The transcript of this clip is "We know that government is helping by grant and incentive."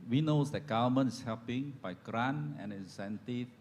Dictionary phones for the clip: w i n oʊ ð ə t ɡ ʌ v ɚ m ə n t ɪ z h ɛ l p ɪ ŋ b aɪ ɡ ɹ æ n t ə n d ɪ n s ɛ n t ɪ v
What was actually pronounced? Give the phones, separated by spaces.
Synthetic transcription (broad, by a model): w i n oʊ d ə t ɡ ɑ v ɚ m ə n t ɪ s h ɛ l p ɪ ŋ b aɪ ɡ ɹ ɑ n ə n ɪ n s ɛ n t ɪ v